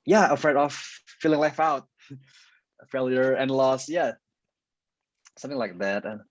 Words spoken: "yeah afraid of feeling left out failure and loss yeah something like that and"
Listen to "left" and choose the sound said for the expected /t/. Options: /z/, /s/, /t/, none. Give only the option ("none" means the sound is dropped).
none